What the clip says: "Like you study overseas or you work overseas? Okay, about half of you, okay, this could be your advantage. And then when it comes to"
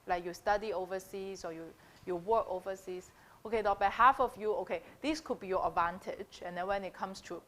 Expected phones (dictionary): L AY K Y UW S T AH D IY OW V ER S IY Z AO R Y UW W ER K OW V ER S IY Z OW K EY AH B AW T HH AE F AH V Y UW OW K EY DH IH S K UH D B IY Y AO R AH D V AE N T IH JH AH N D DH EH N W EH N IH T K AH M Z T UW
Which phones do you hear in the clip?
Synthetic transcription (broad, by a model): L AY K Y UW S T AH D IY OW V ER S IY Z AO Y Y UW W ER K OW V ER S IY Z OW K EY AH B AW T HH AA F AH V Y UW OW K EY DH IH S K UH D B IY Y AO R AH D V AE N T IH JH AH N D EH N W EH N IH T K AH M S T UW